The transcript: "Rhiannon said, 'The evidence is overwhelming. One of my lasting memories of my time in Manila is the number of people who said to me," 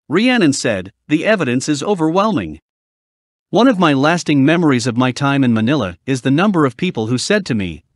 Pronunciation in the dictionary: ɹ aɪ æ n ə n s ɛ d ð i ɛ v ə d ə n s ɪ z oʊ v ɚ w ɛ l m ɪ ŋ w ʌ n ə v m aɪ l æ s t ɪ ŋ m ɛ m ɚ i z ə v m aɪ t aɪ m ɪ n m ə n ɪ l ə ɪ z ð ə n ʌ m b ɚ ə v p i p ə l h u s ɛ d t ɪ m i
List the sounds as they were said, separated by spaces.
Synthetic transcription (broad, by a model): ɹ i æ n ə n s ɛ d ð i ɛ v ə d ə n s ɪ z oʊ v ɚ w ɛ l m ɪ ŋ w ʌ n ə v m aɪ l æ s t ɪ ŋ m ɛ m ɚ i z ə v m aɪ t aɪ m ɪ n m ə n ɪ l ə ɪ z ð ə n ʌ m b ɚ ə v p i p l h u s ɛ d t ɪ m i